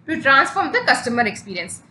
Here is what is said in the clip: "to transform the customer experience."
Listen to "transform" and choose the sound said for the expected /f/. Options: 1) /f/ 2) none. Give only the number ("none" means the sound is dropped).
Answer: 1